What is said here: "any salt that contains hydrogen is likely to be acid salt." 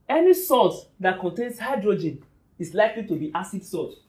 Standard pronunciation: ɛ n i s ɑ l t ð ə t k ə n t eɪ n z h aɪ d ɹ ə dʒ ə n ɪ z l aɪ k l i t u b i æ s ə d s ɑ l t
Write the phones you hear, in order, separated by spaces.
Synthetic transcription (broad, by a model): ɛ n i s ɑ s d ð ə t k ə n t eɪ n s h aɪ d ɹ ə dʒ ə n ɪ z l aɪ k l i t u b i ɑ s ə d s ɑ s